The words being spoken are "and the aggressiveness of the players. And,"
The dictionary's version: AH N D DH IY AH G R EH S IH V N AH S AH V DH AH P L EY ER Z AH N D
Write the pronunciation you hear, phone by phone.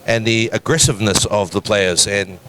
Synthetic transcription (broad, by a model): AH N DH IY AH G R EH S IH V N AH S AH V DH AH P L EY ER Z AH N